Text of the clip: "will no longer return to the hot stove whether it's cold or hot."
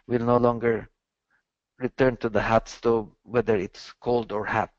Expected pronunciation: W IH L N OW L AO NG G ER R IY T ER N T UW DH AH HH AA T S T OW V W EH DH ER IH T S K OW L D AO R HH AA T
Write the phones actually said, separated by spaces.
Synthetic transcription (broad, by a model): W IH L N OW L AO NG G ER R IY T ER N T UW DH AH HH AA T S T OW B W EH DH ER IH T S K OW L D AO R HH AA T